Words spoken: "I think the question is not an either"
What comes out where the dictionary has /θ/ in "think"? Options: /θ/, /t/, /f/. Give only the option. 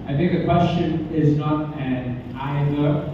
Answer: /θ/